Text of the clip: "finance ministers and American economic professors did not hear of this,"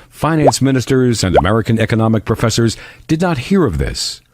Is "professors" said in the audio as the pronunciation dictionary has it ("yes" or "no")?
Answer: yes